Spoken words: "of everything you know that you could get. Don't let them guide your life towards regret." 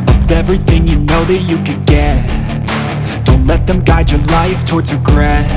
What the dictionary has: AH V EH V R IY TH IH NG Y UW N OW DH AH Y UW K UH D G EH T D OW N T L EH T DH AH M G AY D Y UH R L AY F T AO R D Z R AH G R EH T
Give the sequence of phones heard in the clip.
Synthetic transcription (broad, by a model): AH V EH V R IY TH IH NG Y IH N OW DH AH Y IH K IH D G EH T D OW N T L EH T DH AH M G AY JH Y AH R L AY F T AO R D Z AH G R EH